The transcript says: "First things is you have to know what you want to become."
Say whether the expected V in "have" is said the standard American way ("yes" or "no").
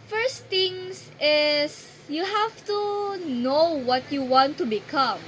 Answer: no